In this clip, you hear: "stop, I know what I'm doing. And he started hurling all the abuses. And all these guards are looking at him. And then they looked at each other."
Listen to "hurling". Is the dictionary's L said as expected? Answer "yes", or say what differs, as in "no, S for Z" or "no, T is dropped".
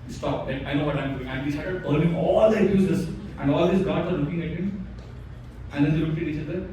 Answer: no, N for L